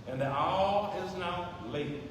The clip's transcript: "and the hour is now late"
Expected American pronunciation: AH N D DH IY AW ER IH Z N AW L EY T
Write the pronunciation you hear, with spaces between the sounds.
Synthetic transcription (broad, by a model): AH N DH IY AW IH Z N AW L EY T